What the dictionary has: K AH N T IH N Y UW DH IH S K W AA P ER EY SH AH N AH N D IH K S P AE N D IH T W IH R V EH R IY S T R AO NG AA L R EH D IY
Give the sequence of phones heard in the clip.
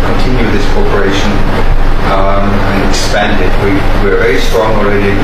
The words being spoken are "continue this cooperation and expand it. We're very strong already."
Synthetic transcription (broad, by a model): K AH N T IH N Y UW DH IH S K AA P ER EY SH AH N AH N IH K S P AE N D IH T W IH R V EH R IY S T R AO NG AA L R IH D